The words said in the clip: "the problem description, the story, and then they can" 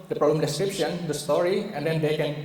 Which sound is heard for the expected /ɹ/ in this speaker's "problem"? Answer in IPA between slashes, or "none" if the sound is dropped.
/ɹ/